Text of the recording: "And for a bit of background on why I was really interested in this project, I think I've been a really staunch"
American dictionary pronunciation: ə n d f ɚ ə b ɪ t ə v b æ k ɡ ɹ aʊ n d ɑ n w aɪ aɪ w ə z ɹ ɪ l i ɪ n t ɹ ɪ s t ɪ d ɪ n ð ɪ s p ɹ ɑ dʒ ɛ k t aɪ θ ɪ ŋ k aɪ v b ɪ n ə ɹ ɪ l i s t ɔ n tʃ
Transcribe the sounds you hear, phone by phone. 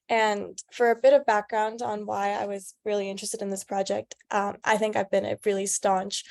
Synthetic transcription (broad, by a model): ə n f ɚ ə b ɪ t ə v b æ k ɡ ɹ aʊ n d n w aɪ aɪ w ə z ɹ ɪ l i ɪ n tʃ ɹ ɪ s t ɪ d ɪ n ð ɪ s p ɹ ɑ dʒ ɛ k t aɪ θ ɪ ŋ k aɪ v b ɪ n ə ɹ ɪ l i s t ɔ n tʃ